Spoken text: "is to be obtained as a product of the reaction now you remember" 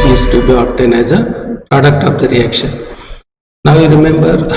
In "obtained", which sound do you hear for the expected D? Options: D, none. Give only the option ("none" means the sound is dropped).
none